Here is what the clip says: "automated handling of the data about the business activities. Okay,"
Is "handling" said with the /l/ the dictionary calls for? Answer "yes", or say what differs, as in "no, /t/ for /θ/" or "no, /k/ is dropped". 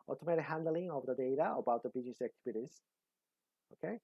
yes